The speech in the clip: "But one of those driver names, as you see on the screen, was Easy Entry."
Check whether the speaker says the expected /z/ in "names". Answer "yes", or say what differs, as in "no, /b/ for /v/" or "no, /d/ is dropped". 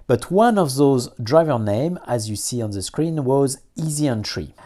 no, /z/ is dropped